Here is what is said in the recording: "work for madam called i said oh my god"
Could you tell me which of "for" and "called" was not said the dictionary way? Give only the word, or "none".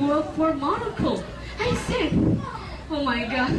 called